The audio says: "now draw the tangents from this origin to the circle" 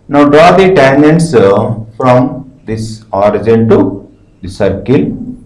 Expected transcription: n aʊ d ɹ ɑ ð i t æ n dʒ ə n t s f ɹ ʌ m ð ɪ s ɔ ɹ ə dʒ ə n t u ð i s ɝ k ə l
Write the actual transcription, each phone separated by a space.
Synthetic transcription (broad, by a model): n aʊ d ɹ ɑ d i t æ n ə n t s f ɹ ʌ m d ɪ s ɔ ɹ ə dʒ ə n t u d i s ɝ k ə l